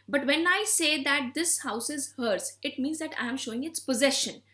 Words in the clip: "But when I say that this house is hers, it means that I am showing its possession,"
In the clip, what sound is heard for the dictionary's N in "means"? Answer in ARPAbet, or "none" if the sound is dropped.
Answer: N